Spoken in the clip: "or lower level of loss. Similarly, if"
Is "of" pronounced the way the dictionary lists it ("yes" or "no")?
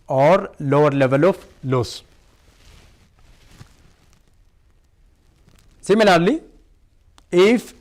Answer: no